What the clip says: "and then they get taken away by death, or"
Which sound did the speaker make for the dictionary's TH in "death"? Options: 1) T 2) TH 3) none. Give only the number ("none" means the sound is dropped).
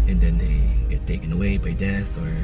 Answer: 2